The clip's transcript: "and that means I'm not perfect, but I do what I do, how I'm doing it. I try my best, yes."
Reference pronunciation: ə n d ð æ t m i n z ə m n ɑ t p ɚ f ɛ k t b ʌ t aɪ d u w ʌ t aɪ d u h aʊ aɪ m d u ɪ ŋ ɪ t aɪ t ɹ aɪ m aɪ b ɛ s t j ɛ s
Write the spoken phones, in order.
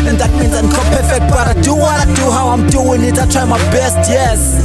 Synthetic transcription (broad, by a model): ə n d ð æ t m i n z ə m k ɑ p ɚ f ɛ k t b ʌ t aɪ d u w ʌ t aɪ d u h aʊ aɪ m d u ɪ ŋ ɪ t aɪ t ɹ aɪ m aɪ b ɛ s t j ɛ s